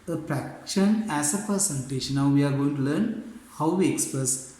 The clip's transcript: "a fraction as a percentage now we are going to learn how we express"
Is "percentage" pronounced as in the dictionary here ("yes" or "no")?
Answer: no